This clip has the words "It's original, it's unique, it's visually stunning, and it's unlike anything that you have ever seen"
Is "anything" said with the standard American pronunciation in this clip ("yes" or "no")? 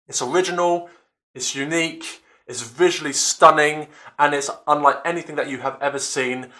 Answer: yes